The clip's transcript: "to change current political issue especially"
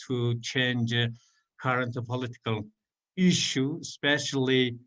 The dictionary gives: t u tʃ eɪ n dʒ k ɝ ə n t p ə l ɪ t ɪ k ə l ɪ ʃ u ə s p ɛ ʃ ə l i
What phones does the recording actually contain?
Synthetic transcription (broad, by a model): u tʃ eɪ n dʒ k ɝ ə n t p ə l ɪ t ɪ k ə l ɪ ʃ u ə s p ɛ ʃ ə l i